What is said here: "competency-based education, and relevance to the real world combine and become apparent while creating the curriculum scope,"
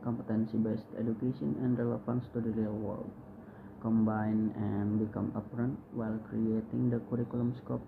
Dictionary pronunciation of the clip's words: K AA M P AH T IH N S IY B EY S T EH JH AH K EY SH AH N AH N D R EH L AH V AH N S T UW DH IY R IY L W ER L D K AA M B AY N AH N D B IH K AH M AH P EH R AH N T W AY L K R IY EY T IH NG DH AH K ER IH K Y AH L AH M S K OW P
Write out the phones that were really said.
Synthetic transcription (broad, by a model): K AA M P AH T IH N S IY B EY S T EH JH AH K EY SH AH N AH N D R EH L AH F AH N S T UW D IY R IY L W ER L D K AA M B AY N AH N B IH K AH M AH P R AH N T W AY L K R IY EY T IH NG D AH K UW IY K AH L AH M S K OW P